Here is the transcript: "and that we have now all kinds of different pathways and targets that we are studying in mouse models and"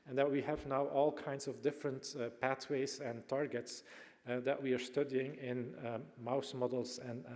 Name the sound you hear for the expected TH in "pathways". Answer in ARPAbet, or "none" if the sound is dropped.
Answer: T